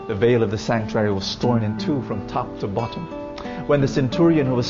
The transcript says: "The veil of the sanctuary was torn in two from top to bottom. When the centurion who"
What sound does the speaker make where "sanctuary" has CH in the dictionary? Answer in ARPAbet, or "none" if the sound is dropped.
CH